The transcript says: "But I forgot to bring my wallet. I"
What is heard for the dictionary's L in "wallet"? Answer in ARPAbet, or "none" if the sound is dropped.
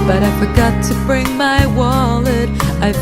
L